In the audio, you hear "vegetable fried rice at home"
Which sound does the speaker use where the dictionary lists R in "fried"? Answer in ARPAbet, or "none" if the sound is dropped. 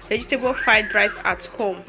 none